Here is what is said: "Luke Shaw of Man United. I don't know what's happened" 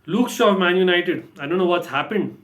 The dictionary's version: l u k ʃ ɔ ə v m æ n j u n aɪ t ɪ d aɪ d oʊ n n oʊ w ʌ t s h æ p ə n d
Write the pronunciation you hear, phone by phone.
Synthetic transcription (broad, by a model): l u k s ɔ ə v m æ n j u n aɪ t ɪ d aɪ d oʊ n n oʊ w ʌ t s h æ p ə n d